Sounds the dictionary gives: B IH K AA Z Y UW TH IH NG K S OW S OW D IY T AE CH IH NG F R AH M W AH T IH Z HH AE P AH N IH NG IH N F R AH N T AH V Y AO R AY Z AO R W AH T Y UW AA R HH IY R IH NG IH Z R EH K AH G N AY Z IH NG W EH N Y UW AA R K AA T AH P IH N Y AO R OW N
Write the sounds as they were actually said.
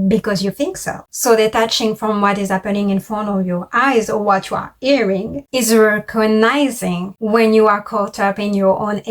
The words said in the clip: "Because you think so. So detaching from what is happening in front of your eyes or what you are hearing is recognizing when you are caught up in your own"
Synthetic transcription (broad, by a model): B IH K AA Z Y UW TH IH NG K S OW S OW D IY T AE CH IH NG F R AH M W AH T IH Z HH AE P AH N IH NG IH N F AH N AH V Y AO R AY Z AO R W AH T Y UW AA R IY R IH NG IH Z R EH K AH G N AY Z IH NG W EH N Y UW AA R K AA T AH P IH N Y AO R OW N